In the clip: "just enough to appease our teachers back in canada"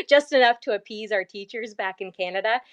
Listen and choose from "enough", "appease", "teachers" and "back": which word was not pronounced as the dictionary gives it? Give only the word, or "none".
none